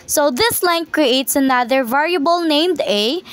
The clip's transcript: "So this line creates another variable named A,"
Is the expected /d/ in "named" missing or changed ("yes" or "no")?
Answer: no